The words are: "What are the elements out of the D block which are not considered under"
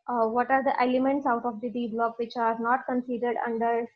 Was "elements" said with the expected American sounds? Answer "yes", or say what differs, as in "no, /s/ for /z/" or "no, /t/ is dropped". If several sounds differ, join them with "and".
yes